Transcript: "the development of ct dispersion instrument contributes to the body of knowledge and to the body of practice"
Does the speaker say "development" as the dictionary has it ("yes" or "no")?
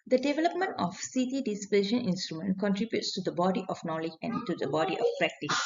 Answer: yes